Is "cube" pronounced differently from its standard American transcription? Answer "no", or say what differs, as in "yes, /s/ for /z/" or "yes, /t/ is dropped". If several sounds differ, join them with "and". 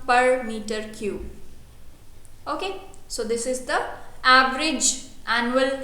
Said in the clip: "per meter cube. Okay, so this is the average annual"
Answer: yes, /b/ is dropped